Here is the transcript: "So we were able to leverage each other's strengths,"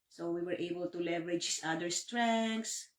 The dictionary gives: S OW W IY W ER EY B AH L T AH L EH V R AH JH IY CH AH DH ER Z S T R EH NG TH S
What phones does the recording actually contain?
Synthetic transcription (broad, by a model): S OW W IY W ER EY B AH L T AH L EH V R AH JH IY S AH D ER S T R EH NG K S